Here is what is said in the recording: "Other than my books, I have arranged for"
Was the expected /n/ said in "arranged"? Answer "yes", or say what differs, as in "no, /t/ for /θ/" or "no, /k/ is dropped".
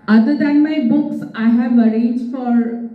no, /n/ is dropped